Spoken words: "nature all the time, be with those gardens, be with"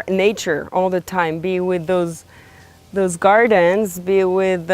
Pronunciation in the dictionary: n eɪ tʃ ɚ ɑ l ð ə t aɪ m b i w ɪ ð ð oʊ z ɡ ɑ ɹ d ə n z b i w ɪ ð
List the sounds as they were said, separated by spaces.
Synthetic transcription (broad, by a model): n eɪ tʃ ɚ ɑ l ð ə t aɪ m b i w ɪ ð ð oʊ z ɡ ɑ ɹ d ə n z b i w ɪ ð